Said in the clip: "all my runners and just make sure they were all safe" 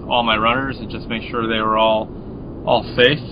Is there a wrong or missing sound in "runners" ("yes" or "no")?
no